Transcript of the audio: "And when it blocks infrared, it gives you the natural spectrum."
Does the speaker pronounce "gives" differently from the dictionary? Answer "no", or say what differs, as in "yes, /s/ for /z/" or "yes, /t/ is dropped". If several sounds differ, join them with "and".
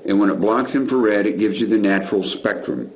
no